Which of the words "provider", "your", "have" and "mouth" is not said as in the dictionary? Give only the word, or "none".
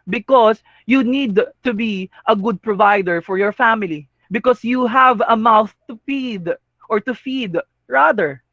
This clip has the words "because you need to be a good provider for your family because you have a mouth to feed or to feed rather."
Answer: none